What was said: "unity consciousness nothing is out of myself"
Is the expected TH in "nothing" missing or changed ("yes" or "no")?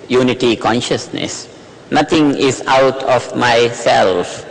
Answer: yes